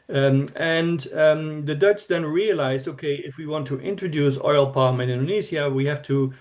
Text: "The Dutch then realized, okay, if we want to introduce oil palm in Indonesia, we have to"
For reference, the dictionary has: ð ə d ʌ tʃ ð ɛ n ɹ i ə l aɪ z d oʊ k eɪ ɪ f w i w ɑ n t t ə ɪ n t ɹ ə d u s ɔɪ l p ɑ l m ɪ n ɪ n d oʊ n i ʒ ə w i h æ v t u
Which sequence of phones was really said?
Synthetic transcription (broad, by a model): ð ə d ʌ tʃ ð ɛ n ɹ i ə l aɪ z oʊ k eɪ ɪ f w i w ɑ n t t ɪ n t ɹ ə d u s ɔɪ l p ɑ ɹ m ɪ n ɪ n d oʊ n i s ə w i h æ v t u